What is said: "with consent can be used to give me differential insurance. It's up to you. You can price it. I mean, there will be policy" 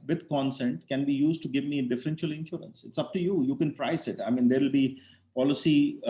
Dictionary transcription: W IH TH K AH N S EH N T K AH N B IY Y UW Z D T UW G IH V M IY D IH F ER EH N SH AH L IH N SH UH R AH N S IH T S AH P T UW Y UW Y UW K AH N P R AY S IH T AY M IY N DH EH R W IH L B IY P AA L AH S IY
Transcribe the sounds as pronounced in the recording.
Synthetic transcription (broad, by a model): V IH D K AH N S EH N T K AH N B IY Y UW Z D T UW G IH V M IY D IH F ER EH N SH AH L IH N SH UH R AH N S IH T S AH P T UW Y UW Y UW K AH N P R AY S IH T AY M IY N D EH R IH L B IY P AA L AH S IY